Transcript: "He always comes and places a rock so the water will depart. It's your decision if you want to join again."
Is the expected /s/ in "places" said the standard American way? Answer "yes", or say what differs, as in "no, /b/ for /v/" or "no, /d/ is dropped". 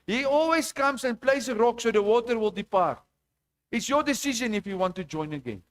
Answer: no, /s/ is dropped